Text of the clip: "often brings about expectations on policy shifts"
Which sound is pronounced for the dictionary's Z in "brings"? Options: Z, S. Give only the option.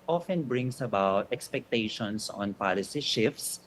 S